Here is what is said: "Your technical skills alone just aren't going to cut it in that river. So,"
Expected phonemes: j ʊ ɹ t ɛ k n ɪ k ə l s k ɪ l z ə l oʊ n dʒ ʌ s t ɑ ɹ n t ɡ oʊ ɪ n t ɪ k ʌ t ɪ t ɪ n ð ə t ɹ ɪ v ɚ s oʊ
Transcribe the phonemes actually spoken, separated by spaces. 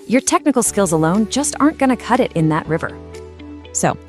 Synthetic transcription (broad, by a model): j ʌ ɹ t ɛ k n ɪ k l s k ɪ l z ə l oʊ n dʒ ʌ s t ɑ ɹ n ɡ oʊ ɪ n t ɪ k ʌ t ɪ t ɪ n ð ə t ɹ ɪ v ɚ s oʊ